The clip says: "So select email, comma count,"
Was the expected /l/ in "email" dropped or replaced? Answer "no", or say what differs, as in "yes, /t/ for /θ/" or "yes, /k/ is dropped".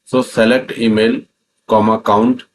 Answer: no